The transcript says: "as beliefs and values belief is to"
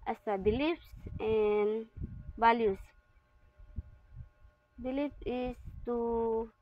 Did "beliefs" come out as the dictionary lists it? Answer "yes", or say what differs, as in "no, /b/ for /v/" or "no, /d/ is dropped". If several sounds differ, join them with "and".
yes